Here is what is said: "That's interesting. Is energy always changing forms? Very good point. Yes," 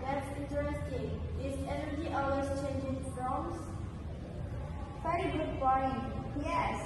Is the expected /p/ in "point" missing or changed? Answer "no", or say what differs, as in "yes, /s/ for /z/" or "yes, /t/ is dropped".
yes, /b/ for /p/